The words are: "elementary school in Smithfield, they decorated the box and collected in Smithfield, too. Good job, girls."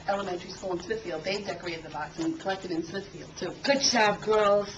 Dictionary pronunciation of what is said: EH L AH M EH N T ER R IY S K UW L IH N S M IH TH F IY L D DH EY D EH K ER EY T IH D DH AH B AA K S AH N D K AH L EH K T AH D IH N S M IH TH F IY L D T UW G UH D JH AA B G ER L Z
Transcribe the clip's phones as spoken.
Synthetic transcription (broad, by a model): EH L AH M EH N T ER R IY S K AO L IH N S M IH TH F IY L D DH EY D EH K ER EY T IH D DH AH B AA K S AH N K AH L EH K T AH D IH N S M IH TH F IY L D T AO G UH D CH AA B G ER L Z